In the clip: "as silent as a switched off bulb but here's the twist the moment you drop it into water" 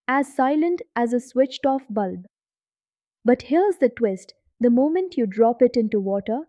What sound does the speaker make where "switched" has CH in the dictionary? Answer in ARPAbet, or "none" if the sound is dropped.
CH